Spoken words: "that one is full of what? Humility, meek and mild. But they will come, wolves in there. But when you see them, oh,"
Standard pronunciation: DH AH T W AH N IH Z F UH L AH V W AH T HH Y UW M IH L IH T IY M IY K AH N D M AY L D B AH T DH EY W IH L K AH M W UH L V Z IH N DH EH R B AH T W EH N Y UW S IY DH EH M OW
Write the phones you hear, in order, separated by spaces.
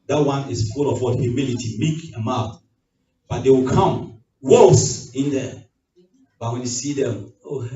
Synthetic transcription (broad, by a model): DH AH T W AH N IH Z F UH L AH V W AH HH Y UW M IH L IH T IY M IY K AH M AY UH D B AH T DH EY W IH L K AH M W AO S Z IH N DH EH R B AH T W EH N Y UW S IY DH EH M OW